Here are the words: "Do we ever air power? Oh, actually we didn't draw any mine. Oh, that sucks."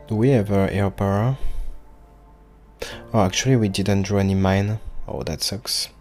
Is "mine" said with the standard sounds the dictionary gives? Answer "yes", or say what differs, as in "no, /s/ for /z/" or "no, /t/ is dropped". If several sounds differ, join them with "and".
yes